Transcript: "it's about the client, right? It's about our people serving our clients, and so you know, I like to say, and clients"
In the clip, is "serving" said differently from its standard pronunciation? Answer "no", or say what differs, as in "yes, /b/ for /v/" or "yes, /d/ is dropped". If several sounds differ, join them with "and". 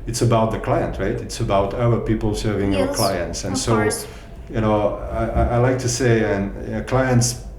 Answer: no